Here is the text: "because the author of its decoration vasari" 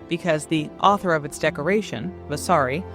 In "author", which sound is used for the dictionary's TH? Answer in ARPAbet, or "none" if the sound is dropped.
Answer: TH